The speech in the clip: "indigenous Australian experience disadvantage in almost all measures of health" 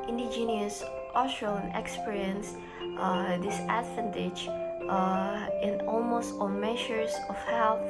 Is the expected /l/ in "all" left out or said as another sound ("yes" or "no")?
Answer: yes